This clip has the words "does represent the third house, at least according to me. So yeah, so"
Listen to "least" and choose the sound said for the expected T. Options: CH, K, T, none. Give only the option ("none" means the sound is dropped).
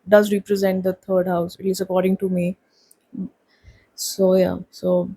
none